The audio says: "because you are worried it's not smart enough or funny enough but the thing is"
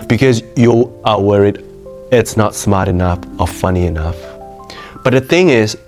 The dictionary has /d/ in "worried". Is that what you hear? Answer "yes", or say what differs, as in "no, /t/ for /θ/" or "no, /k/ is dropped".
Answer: yes